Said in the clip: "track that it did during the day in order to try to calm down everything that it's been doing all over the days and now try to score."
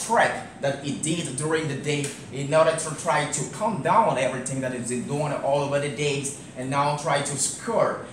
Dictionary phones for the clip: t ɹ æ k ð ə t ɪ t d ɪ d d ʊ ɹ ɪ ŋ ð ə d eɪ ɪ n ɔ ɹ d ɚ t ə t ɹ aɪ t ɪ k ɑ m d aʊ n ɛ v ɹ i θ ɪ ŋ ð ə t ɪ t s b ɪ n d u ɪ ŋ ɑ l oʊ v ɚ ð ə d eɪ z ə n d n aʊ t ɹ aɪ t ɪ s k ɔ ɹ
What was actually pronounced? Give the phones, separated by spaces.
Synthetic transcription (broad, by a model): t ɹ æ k ð ə t ɪ t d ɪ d d ʊ ɹ ɪ ŋ ð ə d eɪ ɪ n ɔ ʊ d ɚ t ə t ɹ aɪ t ɪ k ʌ m d aʊ n ɛ v ɹ i θ ɪ ŋ ð ə t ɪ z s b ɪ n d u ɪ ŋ ɑ l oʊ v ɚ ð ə d eɪ z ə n n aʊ t ɹ aɪ t ɪ s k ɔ ɹ